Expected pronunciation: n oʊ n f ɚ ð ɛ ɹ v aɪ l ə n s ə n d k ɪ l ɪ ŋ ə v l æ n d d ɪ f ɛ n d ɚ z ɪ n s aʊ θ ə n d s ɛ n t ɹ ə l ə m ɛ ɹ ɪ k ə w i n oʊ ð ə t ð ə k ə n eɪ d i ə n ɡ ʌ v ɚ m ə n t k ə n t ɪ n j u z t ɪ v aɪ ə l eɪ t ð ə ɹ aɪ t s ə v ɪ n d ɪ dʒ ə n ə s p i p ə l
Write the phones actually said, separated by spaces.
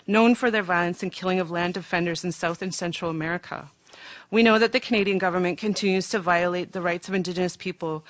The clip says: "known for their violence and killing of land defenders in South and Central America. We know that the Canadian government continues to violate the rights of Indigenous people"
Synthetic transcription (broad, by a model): n oʊ n f ɚ ð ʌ ɹ v aɪ l ə n s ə n k ɪ l ɪ ŋ ə v l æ n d d ɪ f ɛ n d ɚ z ɪ n s aʊ θ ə n s ɛ n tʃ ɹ l ə m ɛ ɹ ɪ k ə w i n oʊ ð ə t ð ə k ə n eɪ d i ə n ɡ ʌ v ɚ m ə n k ə n t ɪ n j u z t ɪ v aɪ ə l eɪ t ð ə ɹ aɪ t s ə v ɪ n d ɪ dʒ ə n ə s p i p l